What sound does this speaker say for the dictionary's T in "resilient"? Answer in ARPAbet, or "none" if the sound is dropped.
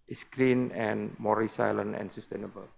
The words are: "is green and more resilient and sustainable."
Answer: none